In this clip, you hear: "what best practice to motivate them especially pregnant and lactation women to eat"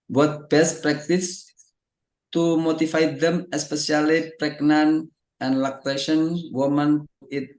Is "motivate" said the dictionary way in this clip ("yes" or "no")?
no